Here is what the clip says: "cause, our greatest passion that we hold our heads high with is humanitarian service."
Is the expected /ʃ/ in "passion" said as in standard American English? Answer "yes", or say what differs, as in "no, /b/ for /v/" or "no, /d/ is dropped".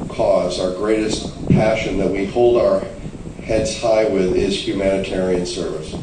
yes